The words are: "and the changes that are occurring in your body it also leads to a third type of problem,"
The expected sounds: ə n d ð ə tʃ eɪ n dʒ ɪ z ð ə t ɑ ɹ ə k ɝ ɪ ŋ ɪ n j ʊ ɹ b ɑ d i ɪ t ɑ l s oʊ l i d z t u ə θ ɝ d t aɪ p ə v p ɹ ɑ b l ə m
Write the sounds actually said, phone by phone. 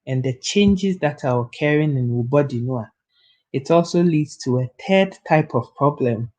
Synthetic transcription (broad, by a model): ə n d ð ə tʃ eɪ n dʒ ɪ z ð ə t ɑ w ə k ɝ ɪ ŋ ɪ n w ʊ b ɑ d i ɪ t ɑ l s oʊ l i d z t u ə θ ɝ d t aɪ p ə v p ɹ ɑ b l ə m